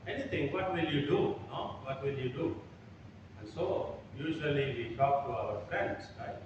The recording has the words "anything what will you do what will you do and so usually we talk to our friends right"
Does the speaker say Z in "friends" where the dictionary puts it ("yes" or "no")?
no